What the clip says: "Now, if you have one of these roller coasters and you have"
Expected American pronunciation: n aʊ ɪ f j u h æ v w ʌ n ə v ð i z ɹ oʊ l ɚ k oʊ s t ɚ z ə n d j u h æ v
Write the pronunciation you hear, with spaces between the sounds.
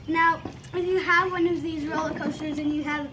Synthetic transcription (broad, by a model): n aʊ ɪ f j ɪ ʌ v w ʌ n ə v ð i z ɹ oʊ l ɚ k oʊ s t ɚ z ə n j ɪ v